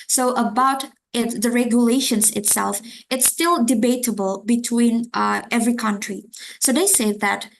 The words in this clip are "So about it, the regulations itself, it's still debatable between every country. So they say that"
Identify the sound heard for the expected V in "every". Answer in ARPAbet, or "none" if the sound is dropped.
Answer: V